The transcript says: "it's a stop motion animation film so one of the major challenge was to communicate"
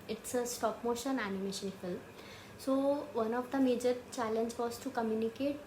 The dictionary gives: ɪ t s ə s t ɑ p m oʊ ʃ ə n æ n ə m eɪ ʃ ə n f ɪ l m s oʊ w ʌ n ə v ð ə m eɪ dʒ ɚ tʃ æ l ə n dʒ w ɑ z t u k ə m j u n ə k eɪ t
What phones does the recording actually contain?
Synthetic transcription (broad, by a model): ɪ t s ə s t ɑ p m oʊ ʃ ə n æ n ə m eɪ ʃ ə n f ɪ l m s oʊ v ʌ n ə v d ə m eɪ dʒ ɚ tʃ æ l ə n dʒ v ɑ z t u k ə m j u n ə k eɪ t